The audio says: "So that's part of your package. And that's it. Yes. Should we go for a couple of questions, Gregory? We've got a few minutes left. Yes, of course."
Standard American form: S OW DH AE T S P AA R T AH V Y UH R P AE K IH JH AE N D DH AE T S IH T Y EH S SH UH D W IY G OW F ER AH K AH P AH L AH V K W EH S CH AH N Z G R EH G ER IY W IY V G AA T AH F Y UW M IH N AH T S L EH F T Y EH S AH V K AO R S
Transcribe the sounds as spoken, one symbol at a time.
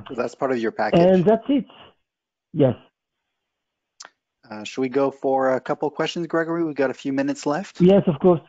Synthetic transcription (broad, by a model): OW DH AE T S P AA R T AH V Y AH R P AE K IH N DH AE T S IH T Y EH S SH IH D W IY G OW F ER AH K AH P L K W EH S CH AH N Z G R EH G ER IY W IY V G AA T AH F Y UW M IH N AH T S L EH F T Y EH S AH V K AO R S